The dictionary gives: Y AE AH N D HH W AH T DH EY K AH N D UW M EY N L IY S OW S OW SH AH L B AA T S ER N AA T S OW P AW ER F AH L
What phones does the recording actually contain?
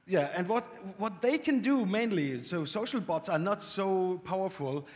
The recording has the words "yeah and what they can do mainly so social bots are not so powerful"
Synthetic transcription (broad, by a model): Y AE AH N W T W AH T DH EY K AH N D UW M EY N L IY S OW S OW SH L B AA T S ER N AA T S OW P AW ER F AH L